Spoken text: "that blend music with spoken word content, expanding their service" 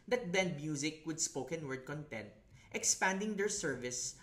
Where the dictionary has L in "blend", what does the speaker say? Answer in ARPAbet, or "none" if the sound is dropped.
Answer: none